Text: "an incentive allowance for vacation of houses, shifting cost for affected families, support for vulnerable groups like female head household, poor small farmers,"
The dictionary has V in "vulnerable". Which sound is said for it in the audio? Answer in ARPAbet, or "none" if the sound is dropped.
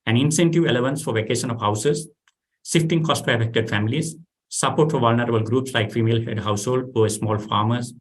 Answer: V